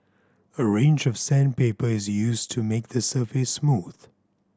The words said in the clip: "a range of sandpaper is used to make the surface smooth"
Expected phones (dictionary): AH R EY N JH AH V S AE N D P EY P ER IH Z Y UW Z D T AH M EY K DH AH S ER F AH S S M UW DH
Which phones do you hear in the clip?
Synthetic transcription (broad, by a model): AH R EY N JH AH V S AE N P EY P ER IH Z Y UW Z T AH M EY K DH AH S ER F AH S S M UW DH